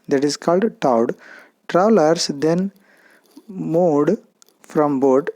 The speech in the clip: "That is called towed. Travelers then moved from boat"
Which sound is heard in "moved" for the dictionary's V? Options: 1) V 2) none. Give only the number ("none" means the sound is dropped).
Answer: 2